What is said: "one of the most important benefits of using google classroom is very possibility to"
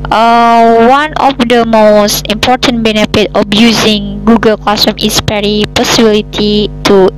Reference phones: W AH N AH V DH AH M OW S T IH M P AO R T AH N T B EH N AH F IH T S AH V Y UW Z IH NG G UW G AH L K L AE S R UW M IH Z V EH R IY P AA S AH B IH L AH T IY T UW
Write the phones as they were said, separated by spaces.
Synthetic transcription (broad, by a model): W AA N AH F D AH M OW S T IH M P AO R T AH N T B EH N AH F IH T AH F Y UW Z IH NG G UW G AH L K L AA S UW M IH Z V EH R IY P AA S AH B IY L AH T IY T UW